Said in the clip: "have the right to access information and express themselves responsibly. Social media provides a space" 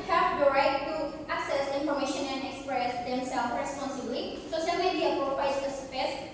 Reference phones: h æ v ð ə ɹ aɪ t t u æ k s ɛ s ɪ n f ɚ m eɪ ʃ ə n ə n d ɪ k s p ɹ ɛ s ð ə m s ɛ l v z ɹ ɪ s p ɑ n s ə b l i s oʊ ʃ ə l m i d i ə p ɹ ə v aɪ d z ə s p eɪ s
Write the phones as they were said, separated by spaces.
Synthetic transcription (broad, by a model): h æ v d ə ɹ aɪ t t u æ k s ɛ s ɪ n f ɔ m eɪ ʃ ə n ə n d ɪ k s p ɹ ɛ s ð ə m s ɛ l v ɹ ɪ s p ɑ n s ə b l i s oʊ s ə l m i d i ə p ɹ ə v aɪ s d ə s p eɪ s